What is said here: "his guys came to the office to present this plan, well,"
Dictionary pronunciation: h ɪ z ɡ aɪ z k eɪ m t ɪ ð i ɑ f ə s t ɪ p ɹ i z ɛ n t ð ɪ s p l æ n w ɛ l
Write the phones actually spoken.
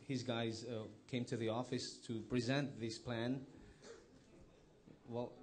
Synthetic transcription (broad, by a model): h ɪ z ɡ aɪ z k eɪ m t ɪ ð i ɑ f ə s t ɪ p ɹ i z ɛ n t ð ɪ s p l æ n w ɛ l